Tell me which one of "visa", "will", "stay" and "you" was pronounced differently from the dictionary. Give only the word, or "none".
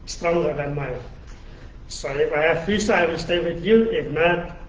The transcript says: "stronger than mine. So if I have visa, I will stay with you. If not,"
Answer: visa